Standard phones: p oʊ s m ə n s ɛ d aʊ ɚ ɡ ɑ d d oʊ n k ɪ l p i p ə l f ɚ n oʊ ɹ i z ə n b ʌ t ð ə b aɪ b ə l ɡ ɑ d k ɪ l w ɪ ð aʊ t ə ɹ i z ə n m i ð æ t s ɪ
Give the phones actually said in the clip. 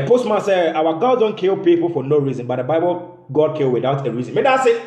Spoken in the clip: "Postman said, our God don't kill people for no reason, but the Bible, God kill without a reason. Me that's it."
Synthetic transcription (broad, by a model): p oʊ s m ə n s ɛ aʊ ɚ ɡ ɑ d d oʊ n k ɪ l p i p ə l f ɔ n oʊ ɹ i z ə n b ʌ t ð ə b aɪ b ə l ɡ ɑ d k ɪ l w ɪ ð aʊ t ə ɹ i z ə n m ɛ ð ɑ s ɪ